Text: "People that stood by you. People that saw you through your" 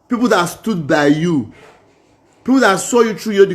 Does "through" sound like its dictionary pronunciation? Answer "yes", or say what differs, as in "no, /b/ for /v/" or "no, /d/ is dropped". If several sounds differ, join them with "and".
no, /t/ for /θ/